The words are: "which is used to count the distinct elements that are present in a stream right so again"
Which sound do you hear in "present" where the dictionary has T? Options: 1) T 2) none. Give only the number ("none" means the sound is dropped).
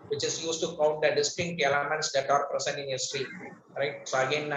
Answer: 2